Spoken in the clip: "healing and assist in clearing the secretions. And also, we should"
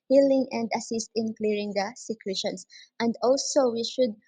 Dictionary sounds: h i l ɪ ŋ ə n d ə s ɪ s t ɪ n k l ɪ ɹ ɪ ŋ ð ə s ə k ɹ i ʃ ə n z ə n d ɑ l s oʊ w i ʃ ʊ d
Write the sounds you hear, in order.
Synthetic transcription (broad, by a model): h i l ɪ ŋ ə n d ə s ɪ s t ɪ n k l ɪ ɹ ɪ ŋ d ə s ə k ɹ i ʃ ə n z ə n d ɑ l s oʊ w i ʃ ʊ d